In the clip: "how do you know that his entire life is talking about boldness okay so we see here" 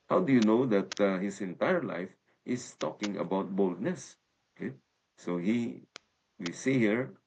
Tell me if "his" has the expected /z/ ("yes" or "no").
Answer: no